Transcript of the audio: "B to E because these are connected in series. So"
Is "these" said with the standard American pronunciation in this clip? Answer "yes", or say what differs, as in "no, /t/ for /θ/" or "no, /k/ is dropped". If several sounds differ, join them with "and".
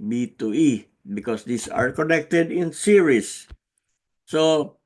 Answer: no, /s/ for /z/